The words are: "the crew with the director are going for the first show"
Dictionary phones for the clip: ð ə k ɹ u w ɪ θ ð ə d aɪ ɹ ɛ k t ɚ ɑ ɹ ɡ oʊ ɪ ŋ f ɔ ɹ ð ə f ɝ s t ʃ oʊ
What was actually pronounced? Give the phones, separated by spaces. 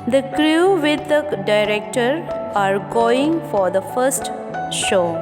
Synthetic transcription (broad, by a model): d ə k ɹ u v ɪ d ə d aɪ ɹ ɛ k t ɚ ɑ ɹ ɡ oʊ ɪ ŋ f ɔ ɹ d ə f ɝ s t ʃ oʊ